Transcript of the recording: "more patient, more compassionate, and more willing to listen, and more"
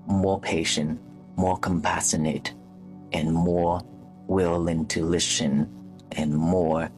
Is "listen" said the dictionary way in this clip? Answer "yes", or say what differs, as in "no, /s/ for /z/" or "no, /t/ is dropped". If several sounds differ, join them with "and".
no, /ʃ/ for /s/